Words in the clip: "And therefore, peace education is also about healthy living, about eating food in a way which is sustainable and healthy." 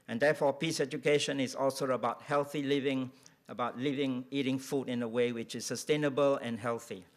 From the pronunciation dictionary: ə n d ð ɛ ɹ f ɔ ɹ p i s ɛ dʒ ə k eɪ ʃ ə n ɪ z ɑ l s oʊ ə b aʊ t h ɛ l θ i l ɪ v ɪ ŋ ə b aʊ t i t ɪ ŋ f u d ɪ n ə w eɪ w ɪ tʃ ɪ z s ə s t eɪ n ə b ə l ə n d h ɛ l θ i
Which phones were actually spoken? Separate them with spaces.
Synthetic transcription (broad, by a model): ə n d ɛ f ɔ p i s ɛ dʒ ə k eɪ ʃ ə n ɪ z ɑ l s oʊ ə b aʊ t h ɛ l θ i l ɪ v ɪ ŋ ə b aʊ t i t ɪ ŋ f u d ɪ n ə w eɪ w ɪ tʃ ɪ s ə s t eɪ n ə b ə l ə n h ɛ l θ i